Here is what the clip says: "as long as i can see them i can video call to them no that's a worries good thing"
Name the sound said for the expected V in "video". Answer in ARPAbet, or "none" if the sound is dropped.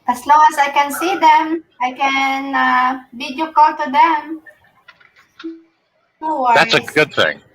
B